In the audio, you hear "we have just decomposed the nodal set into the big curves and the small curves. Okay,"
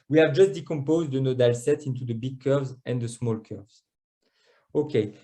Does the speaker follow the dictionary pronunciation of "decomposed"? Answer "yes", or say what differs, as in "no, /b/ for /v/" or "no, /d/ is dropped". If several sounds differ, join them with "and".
yes